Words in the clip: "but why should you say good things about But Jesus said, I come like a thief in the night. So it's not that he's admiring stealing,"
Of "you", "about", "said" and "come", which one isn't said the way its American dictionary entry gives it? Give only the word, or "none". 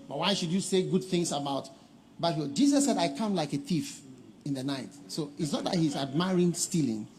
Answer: none